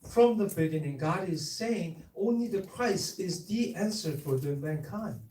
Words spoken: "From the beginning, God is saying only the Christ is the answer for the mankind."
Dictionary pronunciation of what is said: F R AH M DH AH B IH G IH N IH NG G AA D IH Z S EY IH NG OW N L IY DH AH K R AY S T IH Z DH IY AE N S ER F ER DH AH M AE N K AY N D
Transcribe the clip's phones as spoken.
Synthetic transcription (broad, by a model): F R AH M DH AH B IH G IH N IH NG G AA D IH Z S EY IH NG OW N L IY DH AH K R AY S IH Z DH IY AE N S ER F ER DH AH M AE N K AY N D